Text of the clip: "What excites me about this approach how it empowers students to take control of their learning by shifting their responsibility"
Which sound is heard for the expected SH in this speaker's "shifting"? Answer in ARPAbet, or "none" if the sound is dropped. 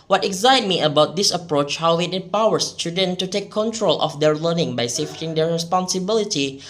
S